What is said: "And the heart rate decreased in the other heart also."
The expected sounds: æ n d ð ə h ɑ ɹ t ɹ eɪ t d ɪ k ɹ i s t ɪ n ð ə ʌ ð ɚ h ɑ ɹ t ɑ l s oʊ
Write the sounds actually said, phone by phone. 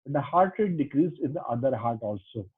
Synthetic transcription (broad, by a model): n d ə h ɑ ɹ t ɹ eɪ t d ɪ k ɹ i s ɪ n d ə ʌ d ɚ h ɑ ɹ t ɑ l s oʊ